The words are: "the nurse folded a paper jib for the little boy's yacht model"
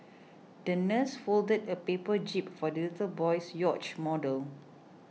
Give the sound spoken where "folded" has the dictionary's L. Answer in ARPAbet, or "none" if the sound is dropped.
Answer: L